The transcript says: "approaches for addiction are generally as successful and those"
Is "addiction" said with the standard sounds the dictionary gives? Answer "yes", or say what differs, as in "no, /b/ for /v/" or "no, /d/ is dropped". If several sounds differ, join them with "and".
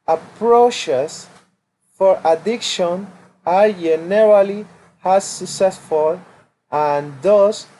yes